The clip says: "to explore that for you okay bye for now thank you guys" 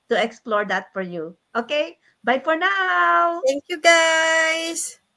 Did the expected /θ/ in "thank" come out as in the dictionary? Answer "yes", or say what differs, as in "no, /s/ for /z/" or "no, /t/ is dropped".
no, /t/ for /θ/